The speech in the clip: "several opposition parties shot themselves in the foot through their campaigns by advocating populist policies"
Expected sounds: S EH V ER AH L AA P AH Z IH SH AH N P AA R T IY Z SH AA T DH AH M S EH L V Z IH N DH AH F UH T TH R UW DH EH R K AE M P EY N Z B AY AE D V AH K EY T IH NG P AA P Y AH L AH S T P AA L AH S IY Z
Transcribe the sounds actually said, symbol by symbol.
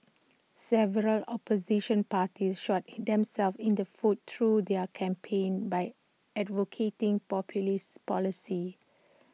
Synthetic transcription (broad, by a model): S EH V ER AH L AA P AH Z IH SH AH N P AA T IY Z SH AA T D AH M S EH L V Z IH N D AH F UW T T R UW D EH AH K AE M P EY N B AY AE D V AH K EY T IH NG P AA P Y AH L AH S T P AA L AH S IY